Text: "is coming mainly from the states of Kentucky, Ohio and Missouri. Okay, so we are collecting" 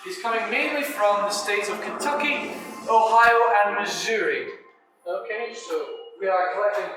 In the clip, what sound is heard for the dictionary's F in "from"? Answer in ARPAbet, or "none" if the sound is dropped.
F